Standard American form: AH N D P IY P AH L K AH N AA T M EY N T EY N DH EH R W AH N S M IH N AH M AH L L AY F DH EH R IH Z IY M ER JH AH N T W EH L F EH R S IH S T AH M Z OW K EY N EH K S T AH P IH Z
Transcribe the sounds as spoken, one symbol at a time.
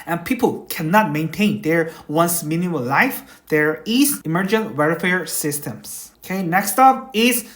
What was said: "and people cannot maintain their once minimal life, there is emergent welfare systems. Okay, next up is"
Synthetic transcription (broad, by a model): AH N P IY P AH L K AH N AA T M EY N T EY N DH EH R W AH N S M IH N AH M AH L L AY F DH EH R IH S IY M ER JH AH N T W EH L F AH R S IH S T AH M S OW K EY N EH K S T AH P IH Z